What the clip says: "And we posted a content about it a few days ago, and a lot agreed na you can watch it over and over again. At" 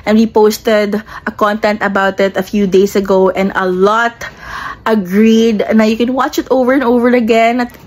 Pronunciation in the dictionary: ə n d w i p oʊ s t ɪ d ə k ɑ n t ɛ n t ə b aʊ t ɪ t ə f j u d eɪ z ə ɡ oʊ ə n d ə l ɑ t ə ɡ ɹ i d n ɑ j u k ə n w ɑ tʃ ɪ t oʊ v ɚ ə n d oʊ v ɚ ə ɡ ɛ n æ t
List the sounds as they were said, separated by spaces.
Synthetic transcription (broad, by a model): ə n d w i p oʊ s t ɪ d ə k ɑ n t ɛ n t ə b aʊ t ɪ t ə f j u d eɪ s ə ɡ oʊ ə n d ə l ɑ t ə ɡ ɹ i d n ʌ j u k ə n w ɑ tʃ ɪ t oʊ v ɚ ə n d oʊ v ɚ ə ɡ ɛ n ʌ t